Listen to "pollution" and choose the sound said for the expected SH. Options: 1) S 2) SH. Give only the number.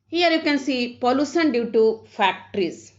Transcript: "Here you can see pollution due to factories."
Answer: 1